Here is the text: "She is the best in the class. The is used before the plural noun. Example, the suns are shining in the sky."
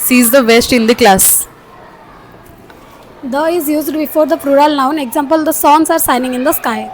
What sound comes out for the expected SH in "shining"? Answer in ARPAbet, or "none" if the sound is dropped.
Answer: S